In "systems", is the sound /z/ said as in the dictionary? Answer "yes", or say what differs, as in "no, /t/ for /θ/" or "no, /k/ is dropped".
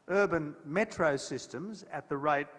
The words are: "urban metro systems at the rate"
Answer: yes